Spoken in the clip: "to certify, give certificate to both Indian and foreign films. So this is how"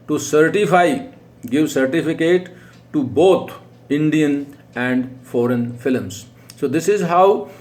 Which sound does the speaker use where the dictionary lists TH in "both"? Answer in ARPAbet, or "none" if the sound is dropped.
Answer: T